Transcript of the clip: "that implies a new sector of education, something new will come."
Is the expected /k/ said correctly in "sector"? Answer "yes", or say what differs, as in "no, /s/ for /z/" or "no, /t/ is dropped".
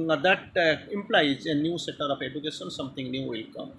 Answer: no, /k/ is dropped